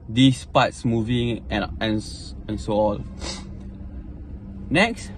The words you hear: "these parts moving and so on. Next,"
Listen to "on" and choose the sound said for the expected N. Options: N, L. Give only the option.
L